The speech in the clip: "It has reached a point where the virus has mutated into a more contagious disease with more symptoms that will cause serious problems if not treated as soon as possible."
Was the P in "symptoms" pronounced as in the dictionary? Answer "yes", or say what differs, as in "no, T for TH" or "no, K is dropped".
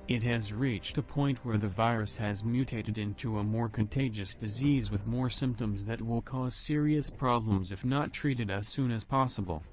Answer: yes